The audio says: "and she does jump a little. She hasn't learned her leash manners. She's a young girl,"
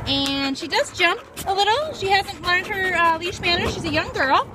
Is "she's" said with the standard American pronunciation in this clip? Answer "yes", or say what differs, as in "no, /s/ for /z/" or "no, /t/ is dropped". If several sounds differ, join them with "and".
yes